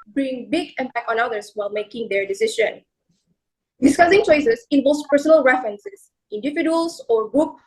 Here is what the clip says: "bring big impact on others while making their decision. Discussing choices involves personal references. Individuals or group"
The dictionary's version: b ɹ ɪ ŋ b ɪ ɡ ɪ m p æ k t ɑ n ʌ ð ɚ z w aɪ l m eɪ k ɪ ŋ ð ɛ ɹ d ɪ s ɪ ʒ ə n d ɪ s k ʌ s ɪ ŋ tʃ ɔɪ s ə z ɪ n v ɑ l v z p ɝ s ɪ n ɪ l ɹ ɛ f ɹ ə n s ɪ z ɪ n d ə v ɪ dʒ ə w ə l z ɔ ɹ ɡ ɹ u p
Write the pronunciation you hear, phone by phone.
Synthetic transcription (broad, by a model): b ɹ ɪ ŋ b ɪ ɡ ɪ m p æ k ɑ n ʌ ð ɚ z w aɪ l m eɪ k ɪ ŋ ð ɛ ɹ d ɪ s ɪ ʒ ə n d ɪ s k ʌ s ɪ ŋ tʃ ɔɪ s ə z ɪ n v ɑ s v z p ɝ s ɪ n ɪ l ɹ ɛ f ɹ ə n s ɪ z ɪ n d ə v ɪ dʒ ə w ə l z ɔ ɹ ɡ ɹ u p